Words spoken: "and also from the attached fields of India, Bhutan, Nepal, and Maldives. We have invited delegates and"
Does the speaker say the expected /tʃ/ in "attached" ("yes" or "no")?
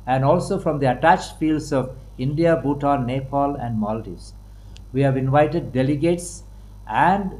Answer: yes